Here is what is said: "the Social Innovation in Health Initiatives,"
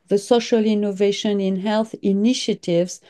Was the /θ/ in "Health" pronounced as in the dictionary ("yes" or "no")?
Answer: yes